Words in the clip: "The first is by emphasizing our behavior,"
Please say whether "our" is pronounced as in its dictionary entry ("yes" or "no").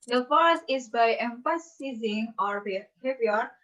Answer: yes